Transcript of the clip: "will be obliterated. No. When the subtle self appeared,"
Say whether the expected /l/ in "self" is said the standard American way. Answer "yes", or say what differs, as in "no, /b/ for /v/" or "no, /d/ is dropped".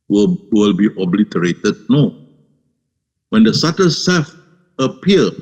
no, /l/ is dropped